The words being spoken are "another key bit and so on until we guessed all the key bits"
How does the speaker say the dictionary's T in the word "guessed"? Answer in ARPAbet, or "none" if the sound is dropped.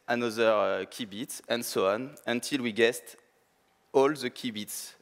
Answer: T